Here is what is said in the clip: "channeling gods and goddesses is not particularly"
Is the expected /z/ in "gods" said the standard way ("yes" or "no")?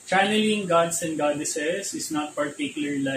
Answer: no